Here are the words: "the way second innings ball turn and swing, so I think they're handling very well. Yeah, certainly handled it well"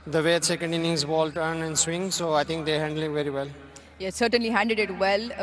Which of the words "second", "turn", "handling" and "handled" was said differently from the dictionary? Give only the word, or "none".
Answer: handled